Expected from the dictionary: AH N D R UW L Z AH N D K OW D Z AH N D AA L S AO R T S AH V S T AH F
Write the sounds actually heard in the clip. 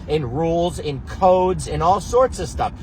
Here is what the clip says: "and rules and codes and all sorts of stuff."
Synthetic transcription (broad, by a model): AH N R UW L Z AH N K OW D Z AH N AA L S AO R T S AH V S T AH F